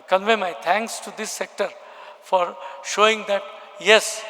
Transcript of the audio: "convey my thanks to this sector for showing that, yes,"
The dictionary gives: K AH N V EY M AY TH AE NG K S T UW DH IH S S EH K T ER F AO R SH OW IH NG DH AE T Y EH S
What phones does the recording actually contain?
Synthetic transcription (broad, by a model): K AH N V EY M AY T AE NG K S T UW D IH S S EH K T ER F AO R SH OW IH NG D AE T Y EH S